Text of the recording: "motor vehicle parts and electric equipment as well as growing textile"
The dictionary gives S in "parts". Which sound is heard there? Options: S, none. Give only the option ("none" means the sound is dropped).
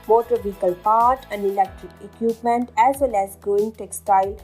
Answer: none